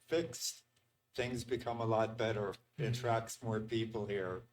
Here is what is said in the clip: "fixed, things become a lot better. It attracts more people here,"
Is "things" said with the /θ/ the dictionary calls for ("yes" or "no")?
yes